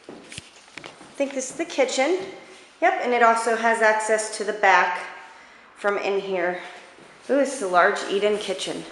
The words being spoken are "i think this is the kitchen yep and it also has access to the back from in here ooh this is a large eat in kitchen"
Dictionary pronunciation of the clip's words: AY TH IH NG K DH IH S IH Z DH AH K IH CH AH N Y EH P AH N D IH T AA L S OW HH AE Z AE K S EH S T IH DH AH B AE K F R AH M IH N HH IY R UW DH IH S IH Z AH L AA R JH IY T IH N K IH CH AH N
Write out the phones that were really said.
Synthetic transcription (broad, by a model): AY TH IH NG K DH IH S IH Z DH AH K IH CH AH N Y EH P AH N IH T AA L S OW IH Z AE K S EH S T IH DH AH B AE K F R AH M IH N HH IY R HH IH IH Z AH L AA R JH IY T IH N K IH CH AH N